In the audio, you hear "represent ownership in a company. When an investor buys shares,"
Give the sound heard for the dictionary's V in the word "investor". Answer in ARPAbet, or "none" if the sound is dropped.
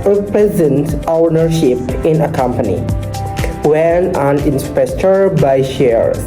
P